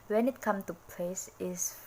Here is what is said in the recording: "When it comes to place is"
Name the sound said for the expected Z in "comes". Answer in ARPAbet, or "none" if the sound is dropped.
none